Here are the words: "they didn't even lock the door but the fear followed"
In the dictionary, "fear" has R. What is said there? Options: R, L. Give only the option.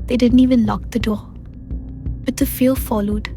L